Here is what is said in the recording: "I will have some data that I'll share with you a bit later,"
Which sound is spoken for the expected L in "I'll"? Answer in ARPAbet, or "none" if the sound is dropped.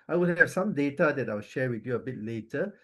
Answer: W